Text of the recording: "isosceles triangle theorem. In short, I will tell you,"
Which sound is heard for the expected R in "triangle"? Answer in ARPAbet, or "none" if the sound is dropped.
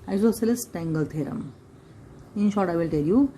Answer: none